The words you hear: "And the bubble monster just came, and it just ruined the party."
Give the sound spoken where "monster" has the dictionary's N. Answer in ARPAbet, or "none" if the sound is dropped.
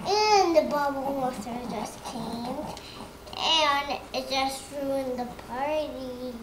none